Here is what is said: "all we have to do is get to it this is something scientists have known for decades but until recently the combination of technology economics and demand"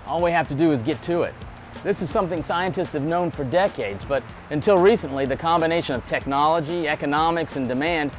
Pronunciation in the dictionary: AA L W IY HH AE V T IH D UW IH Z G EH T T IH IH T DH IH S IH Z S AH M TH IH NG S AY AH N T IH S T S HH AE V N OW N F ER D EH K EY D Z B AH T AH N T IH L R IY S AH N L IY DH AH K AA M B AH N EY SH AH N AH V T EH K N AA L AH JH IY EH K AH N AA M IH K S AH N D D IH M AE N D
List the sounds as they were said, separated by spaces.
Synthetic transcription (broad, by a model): AA L W IY HH AE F T IH D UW IH Z G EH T T IH IH T DH IH S IH Z S AH M TH IH NG S AY AH N T IH S T S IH V N OW N F ER D EH K EY D Z B AH T AH N T IH L R IY S AH N L IY DH AH K AA M B AH N EY SH AH N AH V T EH K N AA L AH JH IY EH K AH N AA M IH K S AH N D D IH M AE N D